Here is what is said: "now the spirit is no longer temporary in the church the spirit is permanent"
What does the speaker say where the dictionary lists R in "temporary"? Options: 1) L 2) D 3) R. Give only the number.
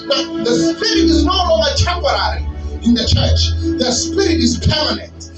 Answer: 3